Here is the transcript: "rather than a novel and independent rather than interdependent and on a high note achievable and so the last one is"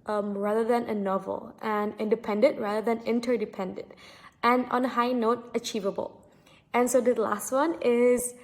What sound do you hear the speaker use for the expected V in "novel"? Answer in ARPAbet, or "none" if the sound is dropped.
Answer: V